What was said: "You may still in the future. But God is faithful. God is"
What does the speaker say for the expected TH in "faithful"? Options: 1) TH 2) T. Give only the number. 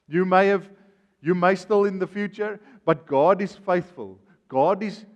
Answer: 1